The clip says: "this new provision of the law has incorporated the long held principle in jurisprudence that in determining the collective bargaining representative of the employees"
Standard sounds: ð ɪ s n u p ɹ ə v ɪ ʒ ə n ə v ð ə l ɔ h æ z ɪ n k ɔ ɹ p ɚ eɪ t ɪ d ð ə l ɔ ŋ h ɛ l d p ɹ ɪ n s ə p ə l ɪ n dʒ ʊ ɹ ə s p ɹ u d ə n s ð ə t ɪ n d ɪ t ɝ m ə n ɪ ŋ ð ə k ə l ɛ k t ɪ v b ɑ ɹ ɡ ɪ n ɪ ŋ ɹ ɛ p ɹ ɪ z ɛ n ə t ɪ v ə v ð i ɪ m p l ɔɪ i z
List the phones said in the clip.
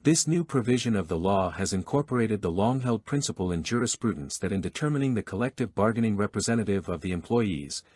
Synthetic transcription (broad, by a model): ð ɪ s n u p ɹ ə v ɪ ʒ ə n ə v ð ə l ɔ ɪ z ɪ n k ɔ ɹ p ɚ eɪ t ɪ d ð ə l ɔ ŋ h ɛ l d p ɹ ɪ n s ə p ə l ɪ n dʒ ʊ ɹ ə s p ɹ u d n s ð ə t ɪ n d ɪ t ɝ m ə n ɪ ŋ ð ə k ə l ɛ k t ɪ v b ɑ ɹ ɡ ɪ n ɪ ŋ ɹ ɛ p ɹ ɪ z ɛ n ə t ɪ v ə v ð i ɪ m p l ɔɪ i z